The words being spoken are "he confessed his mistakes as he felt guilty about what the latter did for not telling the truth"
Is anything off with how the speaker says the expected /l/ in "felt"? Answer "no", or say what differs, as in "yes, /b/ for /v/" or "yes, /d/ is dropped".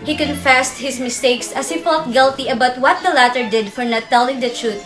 no